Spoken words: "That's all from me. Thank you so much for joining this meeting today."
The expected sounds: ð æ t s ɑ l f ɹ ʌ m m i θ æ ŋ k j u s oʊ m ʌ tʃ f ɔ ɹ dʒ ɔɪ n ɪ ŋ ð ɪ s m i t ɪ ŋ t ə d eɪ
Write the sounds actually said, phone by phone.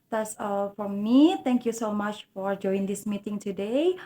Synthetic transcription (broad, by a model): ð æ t s ɑ l f ɹ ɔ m m i t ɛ ŋ k j u s oʊ m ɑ tʃ f ɔ ɹ dʒ ɔɪ ɪ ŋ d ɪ s m i t ɪ ŋ t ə d eɪ